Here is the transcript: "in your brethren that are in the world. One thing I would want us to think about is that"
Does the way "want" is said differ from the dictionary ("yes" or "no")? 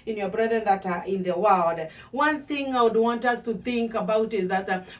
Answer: no